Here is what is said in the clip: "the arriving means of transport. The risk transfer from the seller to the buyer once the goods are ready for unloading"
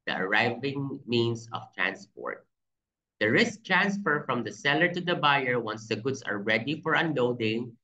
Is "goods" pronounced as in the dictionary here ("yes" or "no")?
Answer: no